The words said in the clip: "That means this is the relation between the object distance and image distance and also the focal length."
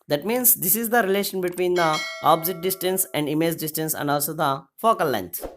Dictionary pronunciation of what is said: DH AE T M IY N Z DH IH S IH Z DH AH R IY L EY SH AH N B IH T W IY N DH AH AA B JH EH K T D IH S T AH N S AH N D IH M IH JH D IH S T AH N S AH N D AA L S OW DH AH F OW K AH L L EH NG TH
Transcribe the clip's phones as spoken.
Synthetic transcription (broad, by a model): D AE T M IY N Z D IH S IH Z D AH R IY L EY SH AH N B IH T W IY N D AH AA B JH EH T D IH S T AH N S AH N D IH M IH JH D IH S T AH N S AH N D AA L S OW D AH F OW K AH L L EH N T